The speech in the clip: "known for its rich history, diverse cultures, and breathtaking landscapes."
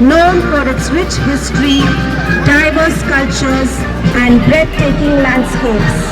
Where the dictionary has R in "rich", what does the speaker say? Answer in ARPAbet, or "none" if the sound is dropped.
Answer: W